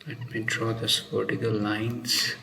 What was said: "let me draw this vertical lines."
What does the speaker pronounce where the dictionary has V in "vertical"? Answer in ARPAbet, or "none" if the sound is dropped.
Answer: P